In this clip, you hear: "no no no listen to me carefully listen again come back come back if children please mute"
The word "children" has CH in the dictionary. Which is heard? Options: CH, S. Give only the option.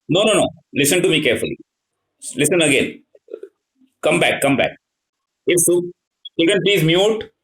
S